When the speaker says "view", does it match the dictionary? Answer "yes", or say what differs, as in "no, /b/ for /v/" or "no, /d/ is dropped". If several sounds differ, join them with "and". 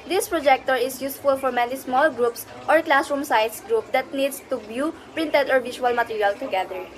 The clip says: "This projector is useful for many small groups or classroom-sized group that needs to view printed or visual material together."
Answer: no, /b/ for /v/